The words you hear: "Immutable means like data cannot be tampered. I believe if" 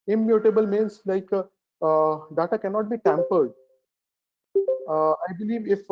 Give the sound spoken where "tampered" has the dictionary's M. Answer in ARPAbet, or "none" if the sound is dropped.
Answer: M